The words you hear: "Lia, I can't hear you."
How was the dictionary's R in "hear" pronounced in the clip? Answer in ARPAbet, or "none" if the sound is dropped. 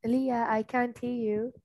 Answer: L